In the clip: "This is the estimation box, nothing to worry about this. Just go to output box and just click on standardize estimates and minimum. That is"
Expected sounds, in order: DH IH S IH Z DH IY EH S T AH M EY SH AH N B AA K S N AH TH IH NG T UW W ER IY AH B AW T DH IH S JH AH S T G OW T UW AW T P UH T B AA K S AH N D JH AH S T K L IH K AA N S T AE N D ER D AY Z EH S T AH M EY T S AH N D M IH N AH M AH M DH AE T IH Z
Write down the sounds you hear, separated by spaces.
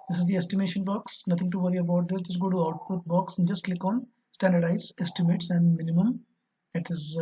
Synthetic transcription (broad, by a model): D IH S IH Z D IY EH S T AH M EY SH AH N B AA K S N AH T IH NG T UW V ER IY AH B AW T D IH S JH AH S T G OW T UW AW T P UH T B AA K S AH N D JH AH S T K L IH K AA N S T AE N D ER D AY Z EH S T AH M EY T S AH N D M IH N AH M AH M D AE T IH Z